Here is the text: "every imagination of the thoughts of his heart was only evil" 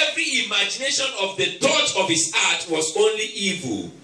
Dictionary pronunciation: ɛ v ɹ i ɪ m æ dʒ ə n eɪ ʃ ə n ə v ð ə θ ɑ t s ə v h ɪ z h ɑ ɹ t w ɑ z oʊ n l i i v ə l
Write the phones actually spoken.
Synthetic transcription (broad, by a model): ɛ v ɹ i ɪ m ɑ dʒ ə n eɪ ʃ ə n ə v ð ə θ ɑ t ə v h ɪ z ɑ t w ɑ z oʊ n l i i v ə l